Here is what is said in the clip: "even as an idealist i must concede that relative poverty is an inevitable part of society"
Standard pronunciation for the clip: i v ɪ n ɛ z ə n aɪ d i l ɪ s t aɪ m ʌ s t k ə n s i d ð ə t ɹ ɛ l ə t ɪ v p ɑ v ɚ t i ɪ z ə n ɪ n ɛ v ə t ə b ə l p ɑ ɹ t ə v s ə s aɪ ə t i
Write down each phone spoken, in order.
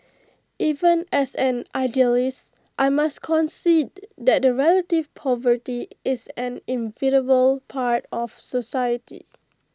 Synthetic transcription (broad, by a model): i v ɪ n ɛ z ə n aɪ d i l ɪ s t aɪ m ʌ s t k ə n s i d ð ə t ɹ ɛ l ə t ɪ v p ɑ v ɚ t i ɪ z ə n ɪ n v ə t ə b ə l p ɑ ɹ t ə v s ə s aɪ ə t i